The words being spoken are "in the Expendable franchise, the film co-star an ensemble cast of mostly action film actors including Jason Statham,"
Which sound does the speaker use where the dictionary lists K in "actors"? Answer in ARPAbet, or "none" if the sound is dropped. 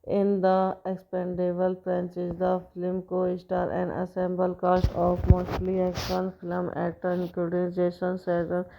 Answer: none